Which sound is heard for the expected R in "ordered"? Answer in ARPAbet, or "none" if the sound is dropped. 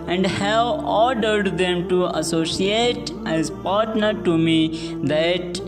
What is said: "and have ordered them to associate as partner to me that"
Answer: R